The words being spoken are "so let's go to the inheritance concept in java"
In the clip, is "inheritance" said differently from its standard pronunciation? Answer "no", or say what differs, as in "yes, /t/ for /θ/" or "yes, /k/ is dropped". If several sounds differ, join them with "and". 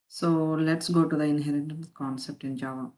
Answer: yes, /s/ is dropped